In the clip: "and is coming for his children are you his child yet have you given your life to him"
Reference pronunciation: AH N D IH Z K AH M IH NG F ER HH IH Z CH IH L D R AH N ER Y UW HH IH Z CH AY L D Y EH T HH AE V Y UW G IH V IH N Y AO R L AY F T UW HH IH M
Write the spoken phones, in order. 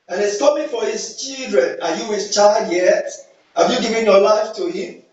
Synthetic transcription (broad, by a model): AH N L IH S K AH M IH F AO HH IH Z CH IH L D R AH N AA Y UW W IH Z CH AY L D Y EH T HH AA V Y UW G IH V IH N Y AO L AY F T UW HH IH M